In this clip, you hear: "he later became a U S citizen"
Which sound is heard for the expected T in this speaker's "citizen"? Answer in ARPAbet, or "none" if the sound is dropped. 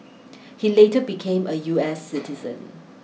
T